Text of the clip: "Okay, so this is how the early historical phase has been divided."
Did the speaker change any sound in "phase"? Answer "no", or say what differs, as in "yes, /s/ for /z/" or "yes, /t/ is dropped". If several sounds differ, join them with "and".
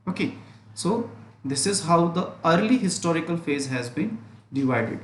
no